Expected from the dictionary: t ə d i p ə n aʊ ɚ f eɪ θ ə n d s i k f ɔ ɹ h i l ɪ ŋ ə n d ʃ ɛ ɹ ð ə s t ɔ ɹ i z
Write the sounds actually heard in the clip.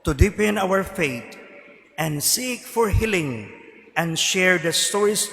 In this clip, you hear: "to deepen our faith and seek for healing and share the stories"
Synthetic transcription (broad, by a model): t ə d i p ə n aʊ ɚ f eɪ t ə n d s i k f ɔ ɹ h i l ɪ ŋ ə n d ʃ ɛ ɹ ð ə s t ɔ ɹ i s